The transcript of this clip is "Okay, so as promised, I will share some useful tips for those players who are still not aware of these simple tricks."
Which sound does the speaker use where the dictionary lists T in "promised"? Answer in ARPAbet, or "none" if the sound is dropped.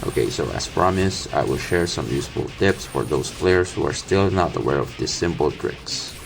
none